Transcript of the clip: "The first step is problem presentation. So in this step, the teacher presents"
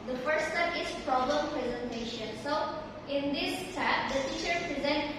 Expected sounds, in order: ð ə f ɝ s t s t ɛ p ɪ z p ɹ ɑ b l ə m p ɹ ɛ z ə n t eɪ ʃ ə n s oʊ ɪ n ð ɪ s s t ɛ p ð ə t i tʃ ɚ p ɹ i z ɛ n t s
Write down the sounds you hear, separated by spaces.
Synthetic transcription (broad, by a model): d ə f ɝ t s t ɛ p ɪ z p ɹ ɑ b l ə m p ɹ ɛ z ə n t eɪ ʃ ə n s oʊ ɪ n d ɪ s s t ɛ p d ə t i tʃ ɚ p ɹ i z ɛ n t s